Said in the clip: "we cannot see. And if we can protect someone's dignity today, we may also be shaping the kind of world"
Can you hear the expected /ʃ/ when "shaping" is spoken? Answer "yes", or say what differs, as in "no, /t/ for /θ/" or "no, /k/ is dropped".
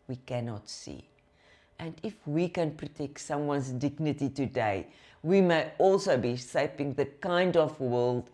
no, /s/ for /ʃ/